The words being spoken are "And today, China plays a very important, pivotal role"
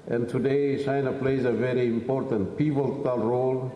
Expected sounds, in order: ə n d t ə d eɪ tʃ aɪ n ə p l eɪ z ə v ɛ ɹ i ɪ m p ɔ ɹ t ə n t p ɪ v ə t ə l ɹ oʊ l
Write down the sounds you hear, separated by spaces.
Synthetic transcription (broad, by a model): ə n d t ə d eɪ s aɪ n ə p l eɪ z ə v ɛ ɹ i ɪ m p ɔ ɹ t ə n t p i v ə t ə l ɹ oʊ l